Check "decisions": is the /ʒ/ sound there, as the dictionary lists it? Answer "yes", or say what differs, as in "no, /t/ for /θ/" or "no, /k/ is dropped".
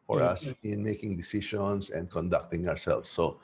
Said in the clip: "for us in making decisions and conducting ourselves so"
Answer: no, /ʃ/ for /ʒ/